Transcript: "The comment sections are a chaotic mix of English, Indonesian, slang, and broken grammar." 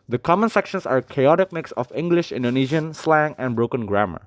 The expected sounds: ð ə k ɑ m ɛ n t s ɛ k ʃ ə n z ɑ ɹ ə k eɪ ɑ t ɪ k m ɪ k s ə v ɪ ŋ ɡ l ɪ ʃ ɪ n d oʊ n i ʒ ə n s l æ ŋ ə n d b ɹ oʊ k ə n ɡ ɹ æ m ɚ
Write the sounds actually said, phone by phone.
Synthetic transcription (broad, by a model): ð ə k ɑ m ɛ n s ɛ k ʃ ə n s ɑ ɹ k eɪ ɑ t ɪ k m ɪ k s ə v ɪ ŋ ɡ l ɪ ʃ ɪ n d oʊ n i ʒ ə n s l æ ŋ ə n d b ɹ oʊ k ə n ɡ ɹ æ m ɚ